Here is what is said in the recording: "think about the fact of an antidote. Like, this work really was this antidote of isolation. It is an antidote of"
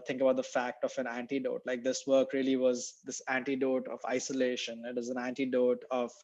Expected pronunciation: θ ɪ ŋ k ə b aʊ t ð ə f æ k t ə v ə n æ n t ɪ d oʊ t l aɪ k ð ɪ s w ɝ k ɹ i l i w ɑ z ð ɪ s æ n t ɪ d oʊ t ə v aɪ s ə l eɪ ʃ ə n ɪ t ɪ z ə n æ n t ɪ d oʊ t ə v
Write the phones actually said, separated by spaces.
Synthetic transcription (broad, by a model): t ɪ ŋ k ə b aʊ t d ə f æ k t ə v ə n æ n t ɪ d oʊ t l aɪ k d ɪ s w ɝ k ɹ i l i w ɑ z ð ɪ s æ n t ɪ d oʊ t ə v aɪ s ə l eɪ ʃ ə n ɪ t ɪ z ə n æ n t ɪ d oʊ t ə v